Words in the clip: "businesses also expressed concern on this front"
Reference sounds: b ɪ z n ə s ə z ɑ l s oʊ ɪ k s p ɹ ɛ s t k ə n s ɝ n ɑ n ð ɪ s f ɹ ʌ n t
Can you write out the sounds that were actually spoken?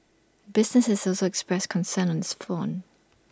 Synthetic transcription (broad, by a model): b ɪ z n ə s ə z ɑ l s oʊ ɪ k s p ɹ ɛ s k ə n s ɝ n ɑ n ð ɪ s f ɔ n